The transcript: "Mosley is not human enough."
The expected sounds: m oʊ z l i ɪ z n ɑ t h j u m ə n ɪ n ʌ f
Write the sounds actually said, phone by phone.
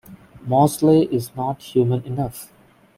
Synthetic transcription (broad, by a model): m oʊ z l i ɪ z n ɑ t h j u m ə n ɪ n ʌ f